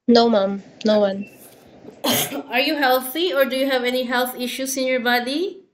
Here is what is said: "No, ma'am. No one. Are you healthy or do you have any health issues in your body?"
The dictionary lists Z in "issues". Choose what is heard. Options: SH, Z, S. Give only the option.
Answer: S